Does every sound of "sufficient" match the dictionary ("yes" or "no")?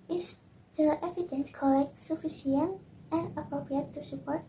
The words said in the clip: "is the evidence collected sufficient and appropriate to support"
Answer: no